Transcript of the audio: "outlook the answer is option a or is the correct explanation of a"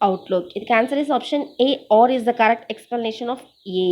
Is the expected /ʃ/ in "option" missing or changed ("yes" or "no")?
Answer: no